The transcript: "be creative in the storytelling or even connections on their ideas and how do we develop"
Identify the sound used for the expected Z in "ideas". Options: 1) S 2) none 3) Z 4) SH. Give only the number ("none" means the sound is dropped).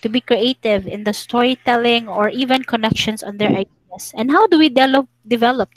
1